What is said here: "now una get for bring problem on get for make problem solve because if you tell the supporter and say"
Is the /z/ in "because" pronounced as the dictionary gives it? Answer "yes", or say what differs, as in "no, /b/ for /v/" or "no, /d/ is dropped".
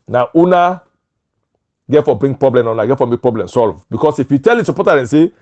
no, /s/ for /z/